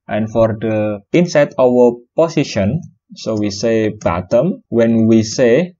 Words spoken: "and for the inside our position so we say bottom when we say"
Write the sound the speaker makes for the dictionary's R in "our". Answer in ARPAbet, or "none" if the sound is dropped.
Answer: W